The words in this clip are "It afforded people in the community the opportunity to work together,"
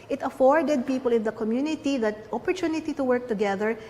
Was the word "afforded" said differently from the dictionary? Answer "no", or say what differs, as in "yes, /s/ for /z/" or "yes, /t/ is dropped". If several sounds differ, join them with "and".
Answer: no